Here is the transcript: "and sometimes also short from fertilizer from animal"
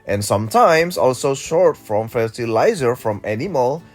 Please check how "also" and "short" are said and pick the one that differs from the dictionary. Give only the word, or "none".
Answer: none